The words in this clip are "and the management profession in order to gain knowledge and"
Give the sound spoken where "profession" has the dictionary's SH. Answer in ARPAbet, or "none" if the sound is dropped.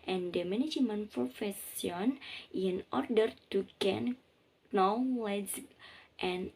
S